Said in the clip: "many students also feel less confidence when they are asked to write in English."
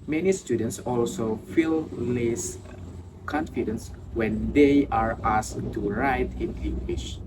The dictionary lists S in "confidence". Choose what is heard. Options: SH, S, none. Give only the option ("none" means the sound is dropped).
S